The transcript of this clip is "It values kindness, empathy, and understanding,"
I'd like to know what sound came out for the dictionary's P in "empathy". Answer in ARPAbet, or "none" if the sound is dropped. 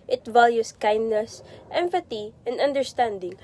F